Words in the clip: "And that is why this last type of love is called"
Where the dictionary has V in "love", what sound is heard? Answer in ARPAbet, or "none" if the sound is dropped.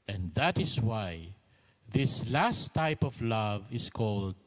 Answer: V